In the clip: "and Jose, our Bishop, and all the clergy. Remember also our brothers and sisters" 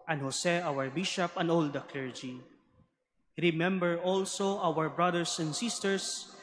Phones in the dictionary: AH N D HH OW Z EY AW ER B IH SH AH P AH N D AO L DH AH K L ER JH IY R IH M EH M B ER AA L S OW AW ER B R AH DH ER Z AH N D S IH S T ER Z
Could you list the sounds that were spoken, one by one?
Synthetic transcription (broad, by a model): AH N HH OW S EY AW ER B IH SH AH P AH N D AO L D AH K L ER JH IY R IH M EH M B ER AA L S OW AW ER B R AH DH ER S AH N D S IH S T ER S